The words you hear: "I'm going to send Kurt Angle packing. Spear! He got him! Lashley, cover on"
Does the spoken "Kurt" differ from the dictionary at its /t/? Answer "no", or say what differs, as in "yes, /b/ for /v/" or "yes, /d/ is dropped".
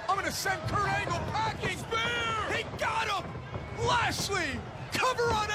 yes, /t/ is dropped